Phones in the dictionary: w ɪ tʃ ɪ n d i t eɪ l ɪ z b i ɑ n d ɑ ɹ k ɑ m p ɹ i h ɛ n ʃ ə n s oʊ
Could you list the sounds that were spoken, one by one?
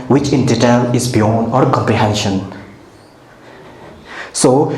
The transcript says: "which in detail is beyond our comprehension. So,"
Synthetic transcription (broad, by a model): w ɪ tʃ ɪ n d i t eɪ l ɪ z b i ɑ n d ɑ ɹ k ɑ m p ɹ i h ɛ n ʃ ə n s oʊ